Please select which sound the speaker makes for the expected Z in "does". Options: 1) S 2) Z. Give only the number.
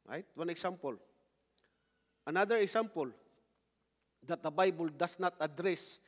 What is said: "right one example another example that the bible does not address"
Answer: 1